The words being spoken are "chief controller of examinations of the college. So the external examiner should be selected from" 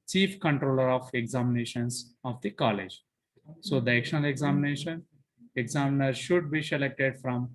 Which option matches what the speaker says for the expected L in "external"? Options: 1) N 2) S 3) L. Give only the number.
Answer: 1